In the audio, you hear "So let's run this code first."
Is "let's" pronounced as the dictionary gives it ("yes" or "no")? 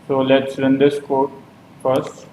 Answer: yes